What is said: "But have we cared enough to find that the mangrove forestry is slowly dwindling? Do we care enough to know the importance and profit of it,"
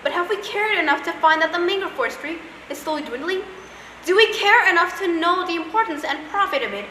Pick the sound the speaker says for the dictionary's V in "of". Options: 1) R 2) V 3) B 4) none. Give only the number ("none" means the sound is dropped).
2